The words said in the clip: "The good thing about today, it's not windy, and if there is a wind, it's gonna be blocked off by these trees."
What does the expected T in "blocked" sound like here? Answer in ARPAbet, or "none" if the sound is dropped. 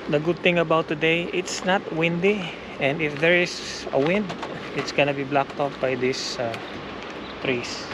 T